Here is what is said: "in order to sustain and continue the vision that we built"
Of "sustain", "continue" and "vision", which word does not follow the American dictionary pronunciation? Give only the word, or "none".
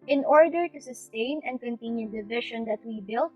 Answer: vision